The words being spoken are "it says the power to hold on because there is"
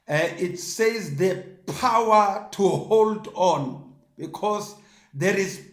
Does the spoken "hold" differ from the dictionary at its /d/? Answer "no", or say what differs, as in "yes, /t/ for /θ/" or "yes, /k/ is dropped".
no